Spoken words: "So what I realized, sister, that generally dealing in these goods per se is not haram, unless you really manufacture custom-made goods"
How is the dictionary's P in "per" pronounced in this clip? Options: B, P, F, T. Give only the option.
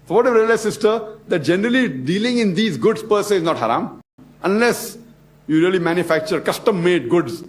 P